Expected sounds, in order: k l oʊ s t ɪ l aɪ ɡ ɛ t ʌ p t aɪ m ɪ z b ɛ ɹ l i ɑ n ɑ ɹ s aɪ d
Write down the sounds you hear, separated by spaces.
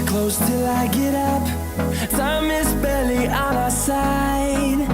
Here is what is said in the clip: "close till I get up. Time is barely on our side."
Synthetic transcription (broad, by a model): k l oʊ s t ɪ l aɪ ɡ ɛ t ʌ p s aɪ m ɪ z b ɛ l i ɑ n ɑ s aɪ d